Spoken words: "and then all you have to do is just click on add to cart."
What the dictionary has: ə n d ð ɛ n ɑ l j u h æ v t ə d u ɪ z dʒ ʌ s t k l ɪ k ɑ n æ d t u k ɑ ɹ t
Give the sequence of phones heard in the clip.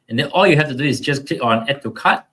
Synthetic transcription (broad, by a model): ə n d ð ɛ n ɑ l j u h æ f t ə d u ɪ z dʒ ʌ s k l ɪ k ɑ n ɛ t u k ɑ t